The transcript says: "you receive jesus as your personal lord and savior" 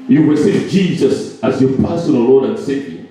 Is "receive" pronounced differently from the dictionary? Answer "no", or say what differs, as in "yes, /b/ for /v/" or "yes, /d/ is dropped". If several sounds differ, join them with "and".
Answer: yes, /w/ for /ɹ/